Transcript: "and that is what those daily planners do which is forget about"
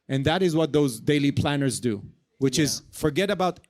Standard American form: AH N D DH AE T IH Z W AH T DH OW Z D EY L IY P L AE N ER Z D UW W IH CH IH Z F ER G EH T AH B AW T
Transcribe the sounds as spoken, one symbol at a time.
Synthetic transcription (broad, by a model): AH N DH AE T IH Z W AH T DH OW Z D EY L IY P L AE N ER Z D UW W IH CH IH Z F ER G EH T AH B AW T